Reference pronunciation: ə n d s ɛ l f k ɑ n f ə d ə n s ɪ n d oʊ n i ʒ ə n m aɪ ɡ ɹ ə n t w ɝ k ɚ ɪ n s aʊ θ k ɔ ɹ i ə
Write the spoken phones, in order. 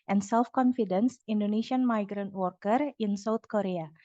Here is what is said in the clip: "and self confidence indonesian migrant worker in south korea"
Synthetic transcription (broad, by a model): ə n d s ɛ l f k ɑ n f ə d ə n s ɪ n d oʊ n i ʃ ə n m aɪ ɡ ɹ ə n t w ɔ k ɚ ɪ n s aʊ t k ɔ ɹ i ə